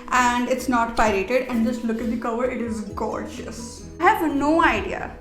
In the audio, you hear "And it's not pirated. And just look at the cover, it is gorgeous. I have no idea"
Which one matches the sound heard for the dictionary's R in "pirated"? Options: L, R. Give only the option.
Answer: R